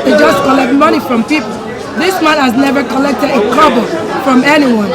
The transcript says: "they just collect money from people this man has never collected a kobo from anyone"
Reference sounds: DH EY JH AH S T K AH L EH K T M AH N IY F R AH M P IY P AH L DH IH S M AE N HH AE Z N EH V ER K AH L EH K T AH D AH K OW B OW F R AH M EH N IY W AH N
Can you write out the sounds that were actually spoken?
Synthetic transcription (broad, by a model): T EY JH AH S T K AH L EH K T M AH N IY F R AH M P IY P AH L DH IH S M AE N HH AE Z N EH V ER K AH L EH K T AH D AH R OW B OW F R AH M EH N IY W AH N